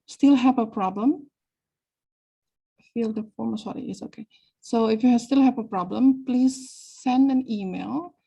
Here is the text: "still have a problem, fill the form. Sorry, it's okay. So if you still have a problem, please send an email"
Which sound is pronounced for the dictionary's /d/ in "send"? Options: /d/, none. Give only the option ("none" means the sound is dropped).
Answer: /d/